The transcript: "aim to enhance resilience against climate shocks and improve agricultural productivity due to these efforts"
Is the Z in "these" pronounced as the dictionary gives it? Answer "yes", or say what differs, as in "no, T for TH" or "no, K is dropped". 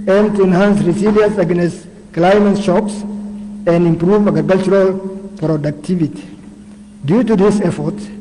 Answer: no, S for Z